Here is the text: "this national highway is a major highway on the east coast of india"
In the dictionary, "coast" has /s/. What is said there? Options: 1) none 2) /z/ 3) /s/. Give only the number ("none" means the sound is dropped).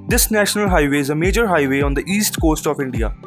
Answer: 3